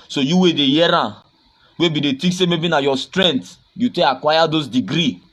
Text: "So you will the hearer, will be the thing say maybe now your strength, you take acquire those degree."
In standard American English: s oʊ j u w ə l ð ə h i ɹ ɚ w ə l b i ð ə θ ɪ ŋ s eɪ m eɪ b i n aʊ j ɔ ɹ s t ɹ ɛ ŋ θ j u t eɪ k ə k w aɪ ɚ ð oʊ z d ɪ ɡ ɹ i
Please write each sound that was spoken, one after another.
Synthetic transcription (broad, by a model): s oʊ j u w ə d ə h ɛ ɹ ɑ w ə b i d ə t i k s eɪ m eɪ b i n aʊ j ɔ s t ɹ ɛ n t j u t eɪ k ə k w aɪ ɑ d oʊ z d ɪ ɡ ɹ i